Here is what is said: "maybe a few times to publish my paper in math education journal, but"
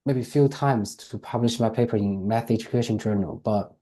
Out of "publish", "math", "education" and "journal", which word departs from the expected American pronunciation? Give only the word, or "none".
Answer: none